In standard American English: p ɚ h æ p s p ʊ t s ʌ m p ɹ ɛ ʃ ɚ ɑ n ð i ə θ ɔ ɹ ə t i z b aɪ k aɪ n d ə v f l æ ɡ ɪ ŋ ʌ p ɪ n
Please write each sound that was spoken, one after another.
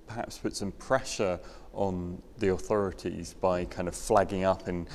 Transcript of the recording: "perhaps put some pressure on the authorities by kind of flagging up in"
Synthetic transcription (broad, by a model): p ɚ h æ p s p ʊ t s ʌ m p ɹ ɛ ʃ ɚ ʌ n ð i ə θ ɔ ɹ ə t i z b aɪ k aɪ n d ə v f l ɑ ɡ ɪ ŋ ʌ p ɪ n